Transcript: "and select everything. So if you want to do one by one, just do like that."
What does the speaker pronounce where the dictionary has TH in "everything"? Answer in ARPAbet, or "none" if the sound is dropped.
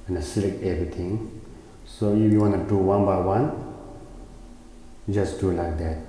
T